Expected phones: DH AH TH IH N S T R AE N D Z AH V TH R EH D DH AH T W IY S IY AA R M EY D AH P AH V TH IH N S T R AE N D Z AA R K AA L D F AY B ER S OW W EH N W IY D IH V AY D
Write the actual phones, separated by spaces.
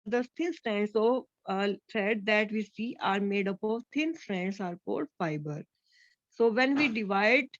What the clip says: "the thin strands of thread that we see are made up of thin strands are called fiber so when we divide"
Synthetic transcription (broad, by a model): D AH T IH N S T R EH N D S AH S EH D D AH T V IY S IY AA R M EY D AH P AH V T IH N S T R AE N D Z AA R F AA D F AY B ER S OW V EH N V IY D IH V AY D